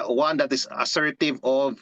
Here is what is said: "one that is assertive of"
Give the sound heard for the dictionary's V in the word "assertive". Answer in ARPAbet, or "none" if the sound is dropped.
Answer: V